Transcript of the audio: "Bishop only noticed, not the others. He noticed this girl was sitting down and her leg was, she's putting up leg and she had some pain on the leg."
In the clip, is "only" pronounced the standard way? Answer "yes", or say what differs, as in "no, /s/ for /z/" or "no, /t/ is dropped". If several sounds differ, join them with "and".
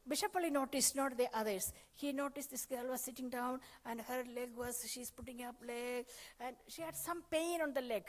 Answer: no, /n/ is dropped